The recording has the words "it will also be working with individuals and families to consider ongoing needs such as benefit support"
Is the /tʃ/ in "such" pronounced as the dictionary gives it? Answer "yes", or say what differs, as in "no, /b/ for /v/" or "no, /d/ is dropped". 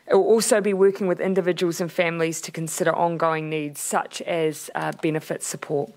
yes